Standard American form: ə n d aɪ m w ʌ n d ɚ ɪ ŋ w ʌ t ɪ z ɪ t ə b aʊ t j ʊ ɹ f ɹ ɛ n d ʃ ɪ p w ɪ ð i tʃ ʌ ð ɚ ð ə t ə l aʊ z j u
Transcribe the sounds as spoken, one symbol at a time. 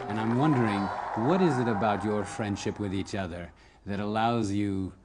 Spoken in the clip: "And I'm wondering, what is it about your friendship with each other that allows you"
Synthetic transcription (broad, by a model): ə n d aɪ m w ʌ n d ɚ ɪ ŋ w ʌ t ɪ z ɪ t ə b aʊ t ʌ ɹ f ɹ ɛ n d ʃ ɪ p w ɪ ð i tʃ ʌ ð ɚ ð ə t ə l aʊ z j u